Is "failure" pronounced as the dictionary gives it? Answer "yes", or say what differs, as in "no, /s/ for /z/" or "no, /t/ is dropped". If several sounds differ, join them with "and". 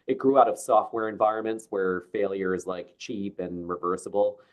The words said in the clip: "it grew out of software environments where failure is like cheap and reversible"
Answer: yes